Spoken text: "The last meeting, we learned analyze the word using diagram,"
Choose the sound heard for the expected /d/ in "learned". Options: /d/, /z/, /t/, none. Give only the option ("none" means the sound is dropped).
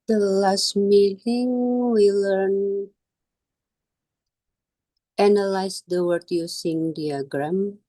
none